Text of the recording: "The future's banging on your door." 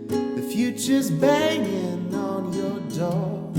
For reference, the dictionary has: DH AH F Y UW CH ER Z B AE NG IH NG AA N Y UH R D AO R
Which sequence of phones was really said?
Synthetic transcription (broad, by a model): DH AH F Y UW CH ER Z B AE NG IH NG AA N Y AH R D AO